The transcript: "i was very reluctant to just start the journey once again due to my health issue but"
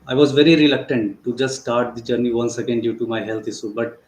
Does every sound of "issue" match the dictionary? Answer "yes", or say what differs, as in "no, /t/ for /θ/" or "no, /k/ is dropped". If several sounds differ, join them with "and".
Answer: no, /s/ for /ʃ/